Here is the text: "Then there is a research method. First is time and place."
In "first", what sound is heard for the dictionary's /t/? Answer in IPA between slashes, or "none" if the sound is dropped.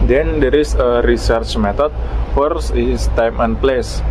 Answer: none